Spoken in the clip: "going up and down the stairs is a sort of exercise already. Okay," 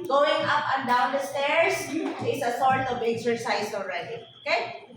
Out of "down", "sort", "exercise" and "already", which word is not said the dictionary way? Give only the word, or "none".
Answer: exercise